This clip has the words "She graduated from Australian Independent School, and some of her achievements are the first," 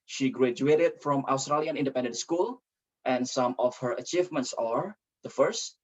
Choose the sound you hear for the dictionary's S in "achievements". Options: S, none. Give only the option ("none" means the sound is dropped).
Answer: S